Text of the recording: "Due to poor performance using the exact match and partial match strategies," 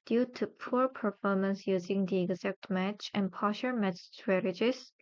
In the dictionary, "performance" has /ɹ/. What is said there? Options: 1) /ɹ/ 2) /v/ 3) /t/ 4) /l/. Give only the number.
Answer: 1